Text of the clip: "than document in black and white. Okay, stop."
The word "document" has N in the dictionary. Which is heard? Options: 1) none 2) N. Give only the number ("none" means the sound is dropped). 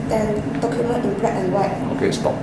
1